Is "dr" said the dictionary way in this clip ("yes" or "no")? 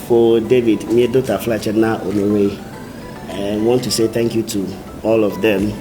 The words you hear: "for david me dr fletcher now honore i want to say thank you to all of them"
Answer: no